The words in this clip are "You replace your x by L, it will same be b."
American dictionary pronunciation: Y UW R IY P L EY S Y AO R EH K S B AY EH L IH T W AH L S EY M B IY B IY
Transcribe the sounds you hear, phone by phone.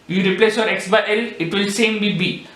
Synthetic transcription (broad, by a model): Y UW R IY P L EY S Y AO R EH K S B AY EH L IH T W AH L S EY M B IY B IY